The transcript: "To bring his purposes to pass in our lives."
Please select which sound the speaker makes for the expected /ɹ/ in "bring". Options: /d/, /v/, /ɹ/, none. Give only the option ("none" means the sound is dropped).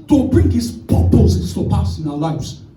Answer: /ɹ/